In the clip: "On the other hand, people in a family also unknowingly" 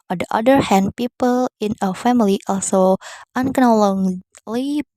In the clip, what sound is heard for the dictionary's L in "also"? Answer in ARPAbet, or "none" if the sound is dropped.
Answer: L